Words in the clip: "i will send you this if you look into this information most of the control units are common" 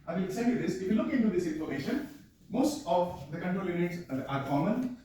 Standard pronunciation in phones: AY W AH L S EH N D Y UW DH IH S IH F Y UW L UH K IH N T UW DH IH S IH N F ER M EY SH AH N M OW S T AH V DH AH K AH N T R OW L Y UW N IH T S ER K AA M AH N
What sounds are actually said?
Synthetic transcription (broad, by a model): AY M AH N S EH D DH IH S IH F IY L UH K IH N T UW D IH S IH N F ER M EY SH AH N M OW S T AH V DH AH K AH N T R OW L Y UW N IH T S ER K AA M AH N